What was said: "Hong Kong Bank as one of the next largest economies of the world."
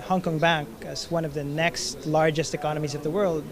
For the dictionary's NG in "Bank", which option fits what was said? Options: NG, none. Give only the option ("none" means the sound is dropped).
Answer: NG